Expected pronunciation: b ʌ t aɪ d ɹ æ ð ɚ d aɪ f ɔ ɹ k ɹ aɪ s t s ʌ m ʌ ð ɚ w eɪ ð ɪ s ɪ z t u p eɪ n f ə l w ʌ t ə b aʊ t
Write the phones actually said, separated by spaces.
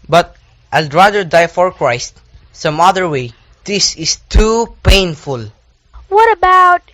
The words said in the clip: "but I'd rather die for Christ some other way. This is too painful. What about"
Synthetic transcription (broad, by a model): b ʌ t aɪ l ɹ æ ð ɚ d aɪ f ɔ ɹ k ɹ aɪ s t s ʌ m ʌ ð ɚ w eɪ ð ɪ s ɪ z t u p eɪ n f ə l w ʌ t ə b aʊ t